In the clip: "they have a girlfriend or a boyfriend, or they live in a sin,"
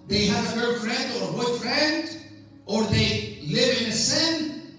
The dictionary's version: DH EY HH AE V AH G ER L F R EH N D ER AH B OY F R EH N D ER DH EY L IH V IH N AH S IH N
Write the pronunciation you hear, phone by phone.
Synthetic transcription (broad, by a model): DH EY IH AH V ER F R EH N D ER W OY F R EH N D ER DH EY L IH V IH N AH S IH N